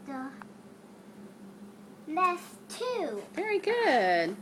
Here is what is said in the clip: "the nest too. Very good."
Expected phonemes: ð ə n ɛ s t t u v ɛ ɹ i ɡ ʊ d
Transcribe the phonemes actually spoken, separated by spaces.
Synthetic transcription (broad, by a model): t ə l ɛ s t t u v ɛ ɹ i ɡ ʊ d